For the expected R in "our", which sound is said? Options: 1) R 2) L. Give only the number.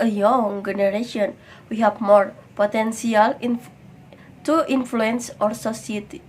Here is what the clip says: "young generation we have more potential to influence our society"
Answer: 1